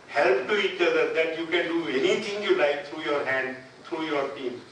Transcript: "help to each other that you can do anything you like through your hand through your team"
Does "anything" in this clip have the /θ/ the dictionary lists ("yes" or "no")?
no